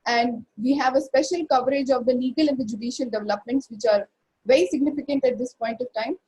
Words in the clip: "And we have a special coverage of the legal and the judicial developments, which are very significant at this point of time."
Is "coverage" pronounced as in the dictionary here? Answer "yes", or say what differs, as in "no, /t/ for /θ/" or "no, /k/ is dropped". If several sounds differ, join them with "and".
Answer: yes